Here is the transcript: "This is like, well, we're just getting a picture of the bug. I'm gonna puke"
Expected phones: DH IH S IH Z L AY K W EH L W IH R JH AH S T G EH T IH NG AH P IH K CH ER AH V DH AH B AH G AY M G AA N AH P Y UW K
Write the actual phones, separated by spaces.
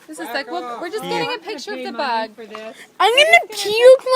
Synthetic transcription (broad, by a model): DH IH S IH Z L AY K W EH L W IH R JH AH S G EH T IH NG AH P IH K CH ER AH V DH AH B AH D AY M G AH N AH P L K